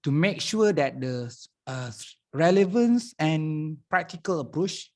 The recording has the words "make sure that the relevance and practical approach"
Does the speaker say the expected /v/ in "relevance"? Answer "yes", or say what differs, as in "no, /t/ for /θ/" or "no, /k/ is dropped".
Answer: yes